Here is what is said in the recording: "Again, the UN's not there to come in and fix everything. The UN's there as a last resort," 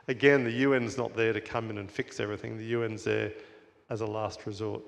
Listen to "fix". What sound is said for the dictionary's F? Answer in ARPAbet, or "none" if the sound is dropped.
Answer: F